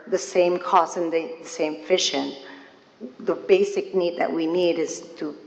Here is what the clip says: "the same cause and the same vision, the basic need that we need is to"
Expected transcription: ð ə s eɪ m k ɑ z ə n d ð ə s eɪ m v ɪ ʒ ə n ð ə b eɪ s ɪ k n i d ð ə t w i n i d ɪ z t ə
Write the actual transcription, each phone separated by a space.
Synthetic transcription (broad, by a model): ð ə s eɪ m k ɑ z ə n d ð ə s eɪ m f ɪ ʃ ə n ð ə b eɪ s ɪ k n i d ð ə t w i n i d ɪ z t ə